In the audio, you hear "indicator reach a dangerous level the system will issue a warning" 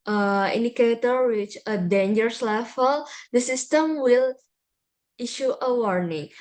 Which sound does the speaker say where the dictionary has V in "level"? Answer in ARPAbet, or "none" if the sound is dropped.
F